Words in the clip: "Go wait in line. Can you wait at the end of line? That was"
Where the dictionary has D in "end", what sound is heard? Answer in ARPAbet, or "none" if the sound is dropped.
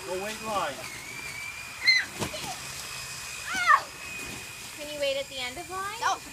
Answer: D